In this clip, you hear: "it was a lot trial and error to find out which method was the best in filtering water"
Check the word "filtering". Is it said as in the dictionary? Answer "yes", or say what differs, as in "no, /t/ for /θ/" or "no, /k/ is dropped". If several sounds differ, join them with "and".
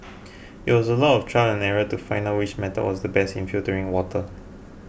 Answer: no, /l/ is dropped